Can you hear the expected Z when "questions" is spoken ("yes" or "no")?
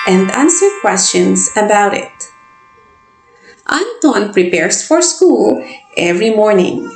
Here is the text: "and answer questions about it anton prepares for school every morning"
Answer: no